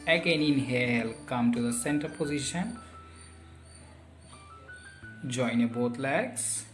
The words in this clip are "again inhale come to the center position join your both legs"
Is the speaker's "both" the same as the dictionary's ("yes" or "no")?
no